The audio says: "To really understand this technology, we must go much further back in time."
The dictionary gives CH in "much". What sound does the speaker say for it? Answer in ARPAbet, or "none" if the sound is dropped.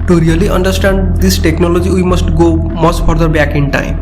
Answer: S